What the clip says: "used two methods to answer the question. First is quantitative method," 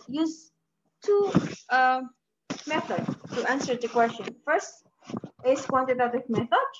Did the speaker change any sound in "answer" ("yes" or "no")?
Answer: no